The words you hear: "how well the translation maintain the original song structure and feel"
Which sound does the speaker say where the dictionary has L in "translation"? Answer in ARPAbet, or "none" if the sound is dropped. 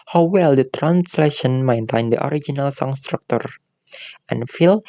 L